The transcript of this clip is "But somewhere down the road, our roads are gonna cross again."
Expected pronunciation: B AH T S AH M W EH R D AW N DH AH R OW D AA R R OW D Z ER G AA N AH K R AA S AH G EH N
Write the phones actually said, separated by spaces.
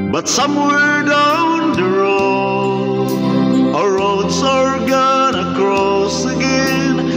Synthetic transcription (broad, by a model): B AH T S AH M W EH D AW N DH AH R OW AA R R OW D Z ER G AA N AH K R AA S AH G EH N